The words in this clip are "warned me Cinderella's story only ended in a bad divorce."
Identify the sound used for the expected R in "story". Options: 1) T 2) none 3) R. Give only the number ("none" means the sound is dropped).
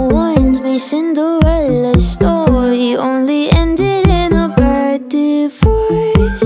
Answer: 2